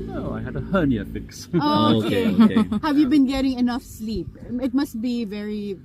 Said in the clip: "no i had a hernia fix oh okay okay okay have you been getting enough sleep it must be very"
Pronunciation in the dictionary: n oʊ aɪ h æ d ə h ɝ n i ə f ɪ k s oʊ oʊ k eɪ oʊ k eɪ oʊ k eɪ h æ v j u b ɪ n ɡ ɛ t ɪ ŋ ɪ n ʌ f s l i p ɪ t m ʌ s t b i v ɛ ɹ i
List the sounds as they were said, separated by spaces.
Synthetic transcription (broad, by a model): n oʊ aɪ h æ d ə h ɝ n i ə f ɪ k s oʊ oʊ oʊ k eɪ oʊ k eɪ h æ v j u b ɪ n ɡ ɛ t ɪ ŋ ɪ n ʌ f s l i p ɪ t m ʌ s t b i v ɛ ɹ i